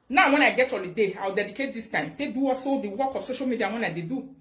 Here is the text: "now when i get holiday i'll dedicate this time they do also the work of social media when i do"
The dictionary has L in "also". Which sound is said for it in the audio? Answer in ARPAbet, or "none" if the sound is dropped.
none